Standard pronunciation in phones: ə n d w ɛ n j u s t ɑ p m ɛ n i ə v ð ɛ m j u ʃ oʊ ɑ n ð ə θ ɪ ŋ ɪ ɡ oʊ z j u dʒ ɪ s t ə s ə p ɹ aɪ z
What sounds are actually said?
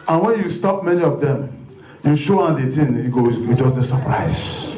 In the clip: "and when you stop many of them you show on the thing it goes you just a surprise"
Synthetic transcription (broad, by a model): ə n w ɛ n j u s t ɑ p m ɛ n i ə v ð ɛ m j u ʃ oʊ ɑ n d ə t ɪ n ɪ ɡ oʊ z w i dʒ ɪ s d ə s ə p ɹ aɪ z